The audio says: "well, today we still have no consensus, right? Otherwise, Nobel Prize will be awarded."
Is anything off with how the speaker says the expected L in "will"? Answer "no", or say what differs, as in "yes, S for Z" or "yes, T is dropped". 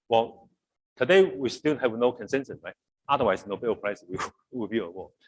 yes, W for L